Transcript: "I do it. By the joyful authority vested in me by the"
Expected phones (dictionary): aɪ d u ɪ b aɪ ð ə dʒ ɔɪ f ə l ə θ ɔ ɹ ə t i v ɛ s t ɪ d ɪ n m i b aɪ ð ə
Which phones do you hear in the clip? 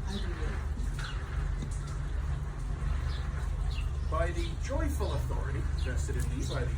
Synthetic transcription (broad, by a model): b aɪ ð ə dʒ ɔɪ f ə l ə θ ɔ ɹ ə t i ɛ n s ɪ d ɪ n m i b aɪ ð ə